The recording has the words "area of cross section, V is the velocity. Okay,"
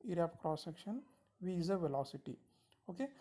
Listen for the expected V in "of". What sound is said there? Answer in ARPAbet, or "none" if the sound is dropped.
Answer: P